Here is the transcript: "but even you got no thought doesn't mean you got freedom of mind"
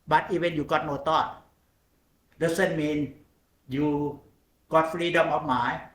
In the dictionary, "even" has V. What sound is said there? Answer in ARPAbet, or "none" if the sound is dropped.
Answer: W